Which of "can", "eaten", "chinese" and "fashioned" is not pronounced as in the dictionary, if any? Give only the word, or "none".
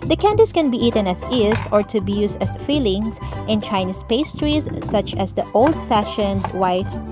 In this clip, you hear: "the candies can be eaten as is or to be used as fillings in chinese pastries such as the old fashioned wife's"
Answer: chinese